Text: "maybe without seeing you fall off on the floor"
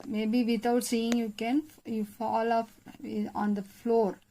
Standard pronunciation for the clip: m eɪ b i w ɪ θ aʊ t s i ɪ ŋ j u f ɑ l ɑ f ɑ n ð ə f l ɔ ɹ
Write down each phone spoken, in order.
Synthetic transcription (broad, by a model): m eɪ b i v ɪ t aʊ t s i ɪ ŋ j u f ɑ l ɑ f ɑ n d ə f l ɔ ɹ